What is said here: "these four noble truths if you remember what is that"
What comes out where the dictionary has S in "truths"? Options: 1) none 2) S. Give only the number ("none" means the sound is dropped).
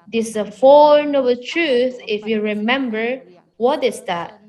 1